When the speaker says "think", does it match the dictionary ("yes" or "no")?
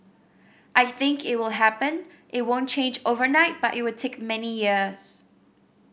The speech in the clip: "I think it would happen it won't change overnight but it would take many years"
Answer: yes